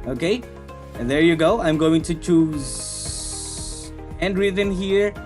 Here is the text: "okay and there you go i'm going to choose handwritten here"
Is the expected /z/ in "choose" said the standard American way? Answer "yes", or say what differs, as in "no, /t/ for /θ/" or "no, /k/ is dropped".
yes